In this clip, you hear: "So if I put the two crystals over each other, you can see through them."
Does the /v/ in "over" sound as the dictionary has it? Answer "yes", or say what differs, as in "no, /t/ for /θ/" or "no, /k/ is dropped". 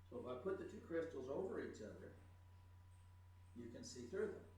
yes